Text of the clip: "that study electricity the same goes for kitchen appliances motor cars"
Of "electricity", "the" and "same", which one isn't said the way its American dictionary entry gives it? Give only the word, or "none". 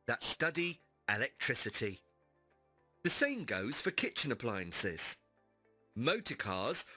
none